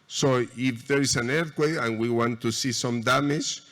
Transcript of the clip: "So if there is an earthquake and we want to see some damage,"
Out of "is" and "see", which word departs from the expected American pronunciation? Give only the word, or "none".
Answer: is